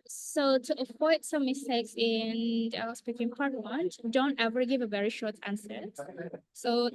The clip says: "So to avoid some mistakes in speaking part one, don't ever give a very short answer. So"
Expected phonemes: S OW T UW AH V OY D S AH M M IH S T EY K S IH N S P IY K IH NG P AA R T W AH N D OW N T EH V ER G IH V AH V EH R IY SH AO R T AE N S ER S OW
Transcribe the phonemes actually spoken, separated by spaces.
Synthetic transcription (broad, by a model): S OW T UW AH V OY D S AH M M IH S T EY K S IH N S P IY K IH NG P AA R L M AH N D OW N T EH V ER G IH V AH V EH R IY SH AO R T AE N S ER S OW